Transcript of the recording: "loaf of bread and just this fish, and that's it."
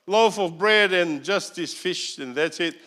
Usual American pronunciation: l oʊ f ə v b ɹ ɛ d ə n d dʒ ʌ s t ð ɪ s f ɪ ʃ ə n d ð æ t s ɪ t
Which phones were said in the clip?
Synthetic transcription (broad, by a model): l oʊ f ə v b ɹ ɛ d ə n dʒ ʌ s t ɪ s f ɪ ʃ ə n ð æ t s ɪ t